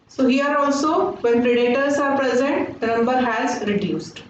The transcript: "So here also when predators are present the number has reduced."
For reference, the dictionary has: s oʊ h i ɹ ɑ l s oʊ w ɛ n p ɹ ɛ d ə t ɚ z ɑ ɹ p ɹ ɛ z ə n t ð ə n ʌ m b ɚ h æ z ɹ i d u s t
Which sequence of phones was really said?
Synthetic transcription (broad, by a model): s oʊ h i ɹ ɑ l s oʊ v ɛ n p ɹ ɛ d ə t ɚ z ɑ ɹ p ɹ ɛ z ə n t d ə n ʌ m b ɚ h æ z ɹ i d u s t